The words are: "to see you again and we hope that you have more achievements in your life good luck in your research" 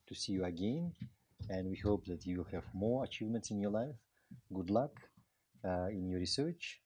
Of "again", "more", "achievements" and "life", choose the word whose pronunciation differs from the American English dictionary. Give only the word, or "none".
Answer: none